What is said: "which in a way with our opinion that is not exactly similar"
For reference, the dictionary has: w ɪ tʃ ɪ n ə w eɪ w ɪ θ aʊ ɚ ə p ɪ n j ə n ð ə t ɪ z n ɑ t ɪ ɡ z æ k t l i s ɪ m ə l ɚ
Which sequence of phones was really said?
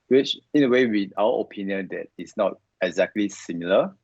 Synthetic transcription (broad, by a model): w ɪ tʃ ɪ n ə w eɪ w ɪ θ aʊ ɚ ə p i n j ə n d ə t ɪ s n ɑ t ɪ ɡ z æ k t l i s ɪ m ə l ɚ